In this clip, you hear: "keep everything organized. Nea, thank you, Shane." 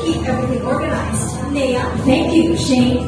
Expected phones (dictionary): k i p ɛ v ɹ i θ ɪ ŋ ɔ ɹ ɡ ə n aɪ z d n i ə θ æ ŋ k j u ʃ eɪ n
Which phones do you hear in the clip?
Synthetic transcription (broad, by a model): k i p ɛ v ɹ i θ ɪ ŋ ɔ ɹ ɡ ə n aɪ z d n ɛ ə θ æ ŋ k j u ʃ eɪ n